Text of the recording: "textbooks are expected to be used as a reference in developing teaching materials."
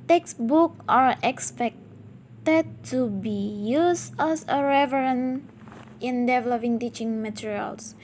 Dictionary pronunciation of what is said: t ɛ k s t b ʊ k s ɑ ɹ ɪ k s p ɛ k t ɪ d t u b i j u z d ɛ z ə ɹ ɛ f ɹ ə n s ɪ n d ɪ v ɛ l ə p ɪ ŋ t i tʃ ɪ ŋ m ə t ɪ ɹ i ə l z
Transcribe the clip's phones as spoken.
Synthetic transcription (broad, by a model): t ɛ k s b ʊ k ɑ ɹ ɪ k s p ɛ k t ɪ d t u b i j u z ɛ s ə ɹ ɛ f ɹ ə n ɪ n d ɪ v ɛ l ə p ɪ ŋ t i tʃ ɪ ŋ m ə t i ɹ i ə l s